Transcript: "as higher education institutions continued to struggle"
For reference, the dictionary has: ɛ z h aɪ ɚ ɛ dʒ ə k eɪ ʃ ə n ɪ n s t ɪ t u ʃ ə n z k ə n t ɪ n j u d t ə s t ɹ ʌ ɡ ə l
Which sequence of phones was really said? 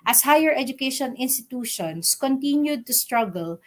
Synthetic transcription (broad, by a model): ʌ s h aɪ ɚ ɛ dʒ ə k eɪ ʃ ə n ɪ n s t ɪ t u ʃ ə n s k ə n t ɪ n j u d t ə s t ɹ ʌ ɡ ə l